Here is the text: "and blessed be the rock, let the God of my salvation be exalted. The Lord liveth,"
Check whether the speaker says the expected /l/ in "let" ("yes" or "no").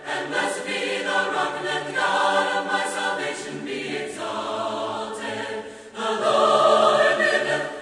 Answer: no